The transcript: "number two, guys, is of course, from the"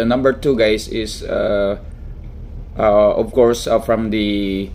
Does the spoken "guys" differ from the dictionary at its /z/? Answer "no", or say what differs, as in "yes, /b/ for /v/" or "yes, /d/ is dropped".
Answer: yes, /s/ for /z/